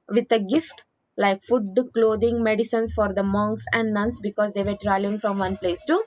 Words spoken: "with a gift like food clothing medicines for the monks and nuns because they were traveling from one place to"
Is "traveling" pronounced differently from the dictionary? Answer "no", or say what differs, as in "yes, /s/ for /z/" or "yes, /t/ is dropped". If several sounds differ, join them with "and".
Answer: yes, /v/ is dropped